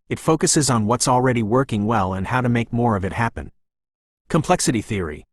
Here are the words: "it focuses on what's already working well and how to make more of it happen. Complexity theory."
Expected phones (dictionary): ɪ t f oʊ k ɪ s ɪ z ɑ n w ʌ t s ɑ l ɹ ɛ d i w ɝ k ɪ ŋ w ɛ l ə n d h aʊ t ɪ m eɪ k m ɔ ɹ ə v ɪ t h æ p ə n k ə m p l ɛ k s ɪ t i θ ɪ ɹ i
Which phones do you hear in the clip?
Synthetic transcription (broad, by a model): ɪ t f oʊ k ɪ s ɪ z n w ʌ t s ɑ l ɹ ɛ d i w ɝ k ɪ ŋ w ɛ l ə n h aʊ t ɪ m eɪ k m ɔ ɹ ə v ɪ t h æ p ə n k ə m p l ɛ k s ɪ t i θ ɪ ɹ i